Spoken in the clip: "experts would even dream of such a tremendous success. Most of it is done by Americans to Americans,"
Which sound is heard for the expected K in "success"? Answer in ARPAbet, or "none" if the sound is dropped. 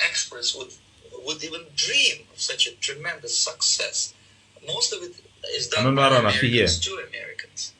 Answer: K